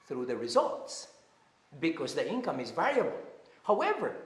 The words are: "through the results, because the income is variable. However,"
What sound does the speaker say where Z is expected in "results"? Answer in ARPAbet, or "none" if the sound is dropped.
Z